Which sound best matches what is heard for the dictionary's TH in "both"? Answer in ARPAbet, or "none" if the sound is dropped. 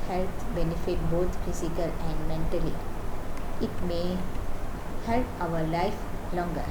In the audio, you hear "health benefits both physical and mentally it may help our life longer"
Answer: T